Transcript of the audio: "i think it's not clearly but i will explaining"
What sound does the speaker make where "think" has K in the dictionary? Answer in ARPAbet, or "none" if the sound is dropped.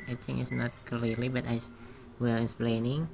none